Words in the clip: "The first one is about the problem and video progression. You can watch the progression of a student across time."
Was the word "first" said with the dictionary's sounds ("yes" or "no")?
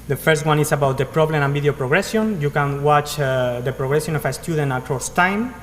yes